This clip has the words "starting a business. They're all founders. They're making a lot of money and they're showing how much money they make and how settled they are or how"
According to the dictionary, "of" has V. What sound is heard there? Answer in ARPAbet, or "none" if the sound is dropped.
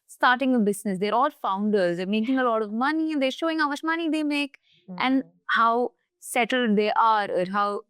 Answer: V